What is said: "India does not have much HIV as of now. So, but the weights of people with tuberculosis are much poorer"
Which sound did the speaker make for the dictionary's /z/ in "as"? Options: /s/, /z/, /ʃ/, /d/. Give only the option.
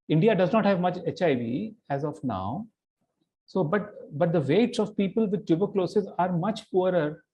/z/